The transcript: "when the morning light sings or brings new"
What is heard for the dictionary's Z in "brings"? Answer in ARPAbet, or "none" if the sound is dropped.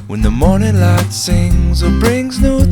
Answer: Z